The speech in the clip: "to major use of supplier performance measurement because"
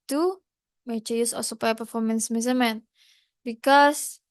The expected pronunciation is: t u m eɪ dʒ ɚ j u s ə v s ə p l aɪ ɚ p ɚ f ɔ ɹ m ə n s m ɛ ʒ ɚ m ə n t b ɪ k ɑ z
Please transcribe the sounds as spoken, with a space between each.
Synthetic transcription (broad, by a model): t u m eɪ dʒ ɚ j u s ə s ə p aɪ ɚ p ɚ f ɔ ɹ m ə n s m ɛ z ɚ m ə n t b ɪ k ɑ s